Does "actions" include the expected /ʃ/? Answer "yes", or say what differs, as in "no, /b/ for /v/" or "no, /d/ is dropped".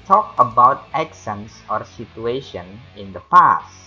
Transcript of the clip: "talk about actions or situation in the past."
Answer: no, /s/ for /ʃ/